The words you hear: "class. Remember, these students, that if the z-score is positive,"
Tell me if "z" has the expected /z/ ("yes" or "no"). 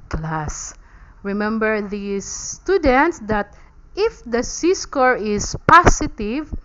no